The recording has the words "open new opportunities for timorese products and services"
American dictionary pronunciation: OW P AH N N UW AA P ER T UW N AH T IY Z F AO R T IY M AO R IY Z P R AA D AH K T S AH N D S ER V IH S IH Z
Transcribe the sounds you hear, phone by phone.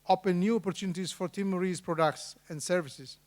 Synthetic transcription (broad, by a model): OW P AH N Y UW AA P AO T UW N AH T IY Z F AO R T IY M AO R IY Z P R AA D AH K T S AH N D S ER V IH S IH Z